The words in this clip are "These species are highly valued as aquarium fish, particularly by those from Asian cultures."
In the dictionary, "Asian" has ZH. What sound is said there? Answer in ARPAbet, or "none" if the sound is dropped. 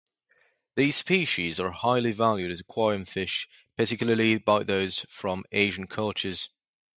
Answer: ZH